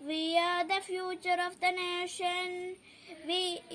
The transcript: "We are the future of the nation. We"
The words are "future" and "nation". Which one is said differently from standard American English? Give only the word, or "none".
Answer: none